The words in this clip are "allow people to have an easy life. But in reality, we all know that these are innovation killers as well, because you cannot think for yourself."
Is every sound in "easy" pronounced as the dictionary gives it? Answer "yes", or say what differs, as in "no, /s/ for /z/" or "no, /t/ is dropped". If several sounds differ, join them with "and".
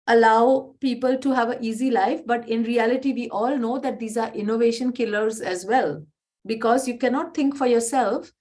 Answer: yes